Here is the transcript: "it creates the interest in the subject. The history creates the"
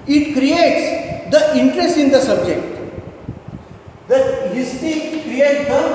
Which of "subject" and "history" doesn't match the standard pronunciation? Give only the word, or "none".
history